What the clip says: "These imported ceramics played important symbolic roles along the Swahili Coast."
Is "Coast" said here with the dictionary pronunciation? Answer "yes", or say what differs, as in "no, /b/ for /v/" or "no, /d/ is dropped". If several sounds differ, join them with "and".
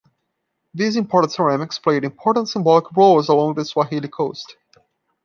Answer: yes